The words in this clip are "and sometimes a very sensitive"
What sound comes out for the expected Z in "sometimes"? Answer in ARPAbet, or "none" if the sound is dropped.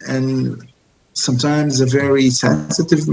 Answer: Z